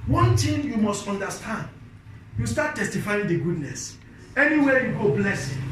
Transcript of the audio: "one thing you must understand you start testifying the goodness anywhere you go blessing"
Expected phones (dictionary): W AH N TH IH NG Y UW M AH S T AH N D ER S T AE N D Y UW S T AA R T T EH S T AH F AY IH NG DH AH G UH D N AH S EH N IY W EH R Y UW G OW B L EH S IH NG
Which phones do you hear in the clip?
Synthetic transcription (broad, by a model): W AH N T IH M Y UW M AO S T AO N D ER S T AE N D Y UW S T AA T T EH S T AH F AY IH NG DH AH G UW D N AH S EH N IY W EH Y UW G OW B L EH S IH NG